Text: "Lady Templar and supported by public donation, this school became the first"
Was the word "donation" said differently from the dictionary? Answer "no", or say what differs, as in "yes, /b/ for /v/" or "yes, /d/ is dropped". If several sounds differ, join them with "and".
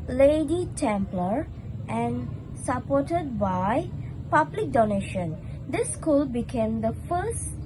no